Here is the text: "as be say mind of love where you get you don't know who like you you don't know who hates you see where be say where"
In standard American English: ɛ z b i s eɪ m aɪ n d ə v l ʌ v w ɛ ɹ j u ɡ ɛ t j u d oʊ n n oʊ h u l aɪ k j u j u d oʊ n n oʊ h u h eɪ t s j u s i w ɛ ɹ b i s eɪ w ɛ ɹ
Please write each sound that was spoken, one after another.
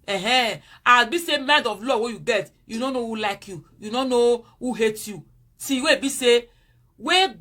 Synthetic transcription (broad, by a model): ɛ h b i s eɪ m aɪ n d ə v l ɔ w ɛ j u ɡ ɛ t j u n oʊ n n oʊ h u l aɪ k j u j u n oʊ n n oʊ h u h eɪ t j u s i w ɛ b i s eɪ w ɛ